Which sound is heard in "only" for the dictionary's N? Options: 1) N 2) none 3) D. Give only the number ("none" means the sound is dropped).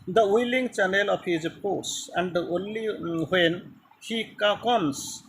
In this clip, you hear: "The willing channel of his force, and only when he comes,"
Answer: 1